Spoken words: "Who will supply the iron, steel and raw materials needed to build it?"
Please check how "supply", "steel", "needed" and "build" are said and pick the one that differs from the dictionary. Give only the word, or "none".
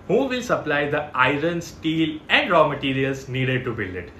build